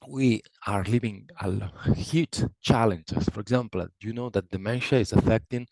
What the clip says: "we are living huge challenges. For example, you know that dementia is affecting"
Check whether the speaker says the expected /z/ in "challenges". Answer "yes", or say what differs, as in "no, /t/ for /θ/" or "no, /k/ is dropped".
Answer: no, /s/ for /z/